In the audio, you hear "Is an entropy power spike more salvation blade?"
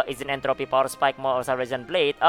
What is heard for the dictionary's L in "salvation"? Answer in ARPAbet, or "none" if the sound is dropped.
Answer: none